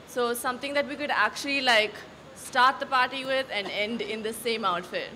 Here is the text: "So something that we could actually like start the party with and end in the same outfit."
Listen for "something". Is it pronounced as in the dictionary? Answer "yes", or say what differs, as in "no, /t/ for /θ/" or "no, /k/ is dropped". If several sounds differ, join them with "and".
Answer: no, /t/ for /θ/